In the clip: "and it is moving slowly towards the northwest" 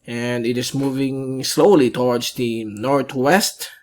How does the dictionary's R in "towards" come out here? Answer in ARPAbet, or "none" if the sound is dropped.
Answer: W